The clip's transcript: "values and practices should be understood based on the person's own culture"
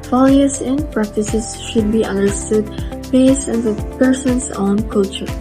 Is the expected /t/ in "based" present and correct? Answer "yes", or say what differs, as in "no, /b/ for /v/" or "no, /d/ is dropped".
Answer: no, /t/ is dropped